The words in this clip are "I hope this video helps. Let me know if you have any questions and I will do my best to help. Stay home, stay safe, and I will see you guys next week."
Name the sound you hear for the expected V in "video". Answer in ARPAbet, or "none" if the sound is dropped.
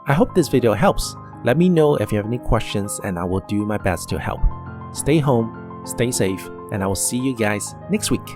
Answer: V